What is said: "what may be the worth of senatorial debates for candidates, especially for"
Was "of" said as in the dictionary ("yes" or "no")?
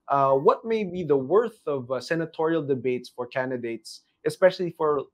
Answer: yes